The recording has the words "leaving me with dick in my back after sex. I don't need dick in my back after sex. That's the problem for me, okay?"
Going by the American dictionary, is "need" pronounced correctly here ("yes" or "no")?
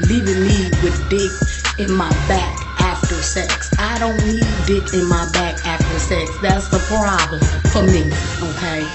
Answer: no